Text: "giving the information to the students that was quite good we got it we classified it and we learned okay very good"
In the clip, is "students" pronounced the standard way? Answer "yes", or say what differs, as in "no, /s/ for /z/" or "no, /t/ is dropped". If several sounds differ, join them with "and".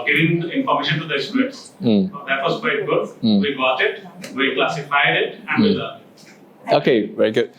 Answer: no, /n/ is dropped